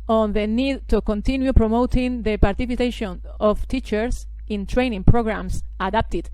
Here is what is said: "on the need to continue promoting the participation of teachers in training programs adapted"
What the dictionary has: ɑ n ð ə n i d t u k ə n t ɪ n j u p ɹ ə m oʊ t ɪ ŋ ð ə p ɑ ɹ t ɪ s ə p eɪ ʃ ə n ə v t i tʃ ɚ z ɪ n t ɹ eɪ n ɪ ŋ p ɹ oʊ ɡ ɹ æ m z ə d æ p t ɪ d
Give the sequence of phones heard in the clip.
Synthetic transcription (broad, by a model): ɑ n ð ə n i d t u k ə n t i n j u p ɹ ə m oʊ t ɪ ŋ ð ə p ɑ ɹ t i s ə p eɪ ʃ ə n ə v t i tʃ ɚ s ɪ n t ɹ eɪ n ɪ ŋ p ɹ oʊ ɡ ɹ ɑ m s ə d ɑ p t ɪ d